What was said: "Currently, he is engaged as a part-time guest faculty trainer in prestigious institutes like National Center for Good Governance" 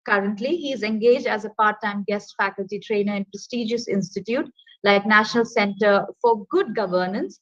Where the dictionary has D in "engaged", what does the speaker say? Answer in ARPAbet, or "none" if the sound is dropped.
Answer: D